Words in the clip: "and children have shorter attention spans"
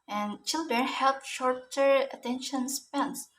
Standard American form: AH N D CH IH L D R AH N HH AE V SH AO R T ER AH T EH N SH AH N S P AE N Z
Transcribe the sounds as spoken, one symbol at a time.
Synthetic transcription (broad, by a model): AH N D CH IH L D R AH N HH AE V SH AO R T ER AH T EH N SH AH N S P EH N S